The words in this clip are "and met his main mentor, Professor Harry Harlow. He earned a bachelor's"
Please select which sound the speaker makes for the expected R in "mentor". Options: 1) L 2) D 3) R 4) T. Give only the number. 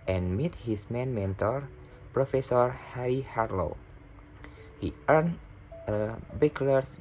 3